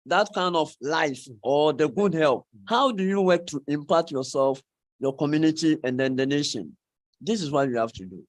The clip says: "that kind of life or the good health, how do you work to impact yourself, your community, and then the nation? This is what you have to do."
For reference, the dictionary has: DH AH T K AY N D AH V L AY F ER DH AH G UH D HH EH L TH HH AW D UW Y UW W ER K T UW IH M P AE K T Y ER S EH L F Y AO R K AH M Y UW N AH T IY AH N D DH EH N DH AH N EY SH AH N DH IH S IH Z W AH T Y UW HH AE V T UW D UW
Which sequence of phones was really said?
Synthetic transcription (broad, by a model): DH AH T K AY N D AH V L AY F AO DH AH G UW D HH EH L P HH AW D UW Y UW W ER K T UW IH M P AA T Y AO S EH L F Y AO K AH M Y UW N AH T IY AH N D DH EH N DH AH N EY SH AH N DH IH S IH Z W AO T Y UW HH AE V T UW D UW